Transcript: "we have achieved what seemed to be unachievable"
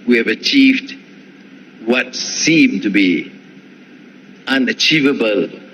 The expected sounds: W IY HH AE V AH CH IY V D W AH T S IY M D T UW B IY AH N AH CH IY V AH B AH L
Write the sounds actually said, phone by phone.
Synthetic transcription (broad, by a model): W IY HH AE V AH CH IY V D W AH T S IY M T UW B IY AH N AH CH IY V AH B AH L